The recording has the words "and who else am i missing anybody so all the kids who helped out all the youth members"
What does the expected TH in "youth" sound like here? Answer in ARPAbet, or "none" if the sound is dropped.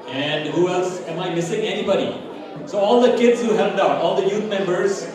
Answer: T